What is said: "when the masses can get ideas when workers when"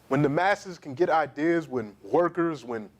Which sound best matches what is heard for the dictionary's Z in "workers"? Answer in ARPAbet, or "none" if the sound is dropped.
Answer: Z